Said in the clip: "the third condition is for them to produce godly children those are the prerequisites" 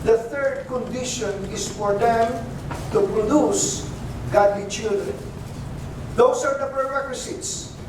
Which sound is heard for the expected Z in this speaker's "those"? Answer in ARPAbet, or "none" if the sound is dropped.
S